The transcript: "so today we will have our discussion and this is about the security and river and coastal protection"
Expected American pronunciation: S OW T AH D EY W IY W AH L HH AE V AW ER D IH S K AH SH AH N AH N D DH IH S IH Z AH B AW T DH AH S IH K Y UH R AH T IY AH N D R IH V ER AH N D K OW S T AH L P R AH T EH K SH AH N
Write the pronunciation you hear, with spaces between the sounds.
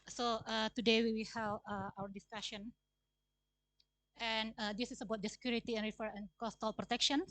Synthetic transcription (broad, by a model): S OW T AH D EY W IY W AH HH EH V AW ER D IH S K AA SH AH N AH N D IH S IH S AH B AW T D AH S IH K Y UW R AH T IY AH N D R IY F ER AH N K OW S T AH L P R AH T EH K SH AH N